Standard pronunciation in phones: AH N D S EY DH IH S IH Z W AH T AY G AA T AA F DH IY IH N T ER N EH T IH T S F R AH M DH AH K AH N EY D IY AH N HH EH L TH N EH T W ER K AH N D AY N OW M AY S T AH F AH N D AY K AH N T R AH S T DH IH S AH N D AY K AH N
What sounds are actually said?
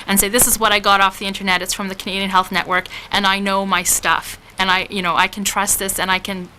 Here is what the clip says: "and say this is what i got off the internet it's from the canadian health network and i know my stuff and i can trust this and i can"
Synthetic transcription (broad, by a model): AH N S EY DH IH S IH Z W AH T AY G AA T AA F DH IY IH N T ER N EH T IH T S F R AH M DH AH K AH N EY D IY AH N HH EH L TH N EH T W ER K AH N AY N OW M AY S T AH F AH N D AY K N T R AH S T DH IH S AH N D AY K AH N